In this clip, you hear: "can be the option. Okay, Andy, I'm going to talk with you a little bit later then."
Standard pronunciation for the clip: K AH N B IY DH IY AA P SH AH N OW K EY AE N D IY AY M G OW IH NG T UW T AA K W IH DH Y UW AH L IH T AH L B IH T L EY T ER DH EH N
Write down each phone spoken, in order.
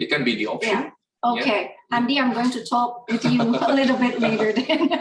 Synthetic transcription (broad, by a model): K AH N B IY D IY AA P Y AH OW K EY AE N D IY AY M G OW IH NG T UW T AA K W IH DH Y UW AH L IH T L B IH T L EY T ER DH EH N